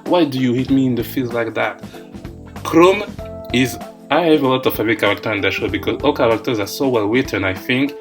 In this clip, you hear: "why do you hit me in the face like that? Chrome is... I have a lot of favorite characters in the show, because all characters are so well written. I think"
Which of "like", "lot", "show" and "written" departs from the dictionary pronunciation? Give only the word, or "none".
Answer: written